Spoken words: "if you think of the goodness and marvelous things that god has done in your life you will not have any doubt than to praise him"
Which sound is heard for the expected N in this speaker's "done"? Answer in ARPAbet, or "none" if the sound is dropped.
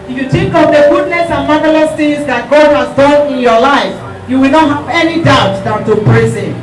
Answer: N